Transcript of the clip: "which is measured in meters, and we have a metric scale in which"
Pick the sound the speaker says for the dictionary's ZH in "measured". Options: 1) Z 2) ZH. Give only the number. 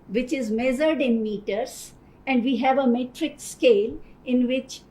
1